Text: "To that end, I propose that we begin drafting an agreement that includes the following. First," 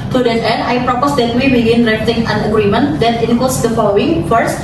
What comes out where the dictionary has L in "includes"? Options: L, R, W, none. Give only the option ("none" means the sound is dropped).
none